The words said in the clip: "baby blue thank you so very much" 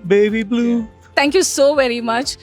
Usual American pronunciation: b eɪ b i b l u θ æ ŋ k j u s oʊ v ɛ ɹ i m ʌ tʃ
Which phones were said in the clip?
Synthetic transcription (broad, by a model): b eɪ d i b l u t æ ŋ k j u s oʊ v ɛ ɹ i m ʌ tʃ